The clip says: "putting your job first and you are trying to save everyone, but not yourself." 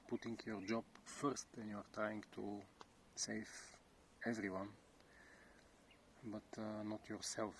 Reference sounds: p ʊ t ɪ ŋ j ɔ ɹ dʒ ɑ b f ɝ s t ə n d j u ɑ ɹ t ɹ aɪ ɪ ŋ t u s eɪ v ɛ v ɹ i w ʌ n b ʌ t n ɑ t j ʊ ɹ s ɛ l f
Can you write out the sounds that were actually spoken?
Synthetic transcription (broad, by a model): p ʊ t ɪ ŋ j ɔ ɹ dʒ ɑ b f ɝ s t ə n j u ɑ ɹ t ɹ aɪ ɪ ŋ t u s eɪ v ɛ v ɹ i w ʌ n b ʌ t n ɑ t j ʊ ɹ s ɛ l f